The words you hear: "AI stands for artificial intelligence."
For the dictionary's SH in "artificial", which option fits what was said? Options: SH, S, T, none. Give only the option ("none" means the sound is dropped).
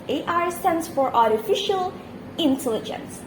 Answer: SH